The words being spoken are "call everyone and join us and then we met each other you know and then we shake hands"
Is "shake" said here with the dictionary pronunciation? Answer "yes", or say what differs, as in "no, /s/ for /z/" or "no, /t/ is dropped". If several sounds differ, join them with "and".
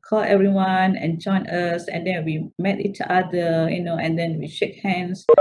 yes